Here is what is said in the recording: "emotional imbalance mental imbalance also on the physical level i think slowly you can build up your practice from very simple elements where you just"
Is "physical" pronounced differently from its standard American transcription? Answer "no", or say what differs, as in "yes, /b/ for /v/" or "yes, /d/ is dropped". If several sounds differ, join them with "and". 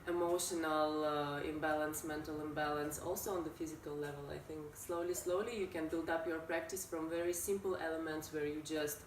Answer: no